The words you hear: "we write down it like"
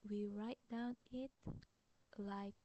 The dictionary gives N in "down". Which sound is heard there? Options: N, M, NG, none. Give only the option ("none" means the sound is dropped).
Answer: N